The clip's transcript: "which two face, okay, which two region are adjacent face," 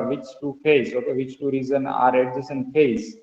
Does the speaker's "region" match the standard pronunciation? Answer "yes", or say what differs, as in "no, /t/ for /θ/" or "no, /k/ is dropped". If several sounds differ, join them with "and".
no, /z/ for /dʒ/